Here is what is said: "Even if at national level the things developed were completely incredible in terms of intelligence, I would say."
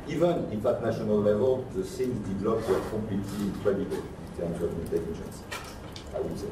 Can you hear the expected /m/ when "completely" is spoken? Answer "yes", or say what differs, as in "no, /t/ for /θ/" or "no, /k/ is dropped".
no, /m/ is dropped